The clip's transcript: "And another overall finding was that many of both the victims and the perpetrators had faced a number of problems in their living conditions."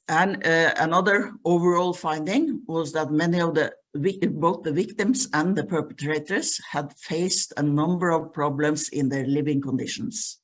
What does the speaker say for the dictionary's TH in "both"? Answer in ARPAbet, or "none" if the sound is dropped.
TH